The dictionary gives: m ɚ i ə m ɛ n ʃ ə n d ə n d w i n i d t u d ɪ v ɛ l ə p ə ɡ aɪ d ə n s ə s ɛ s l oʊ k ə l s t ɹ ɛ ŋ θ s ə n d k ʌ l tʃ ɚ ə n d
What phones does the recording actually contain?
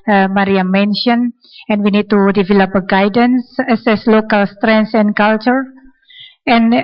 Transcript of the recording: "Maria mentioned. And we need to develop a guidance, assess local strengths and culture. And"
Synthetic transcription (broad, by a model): m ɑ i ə m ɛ n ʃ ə n ə n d w i n i d t u d ɪ v ɛ l ə p ə ɡ aɪ d ə n s ə s ɛ s l oʊ k ə l s t ɹ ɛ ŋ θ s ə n k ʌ l tʃ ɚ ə n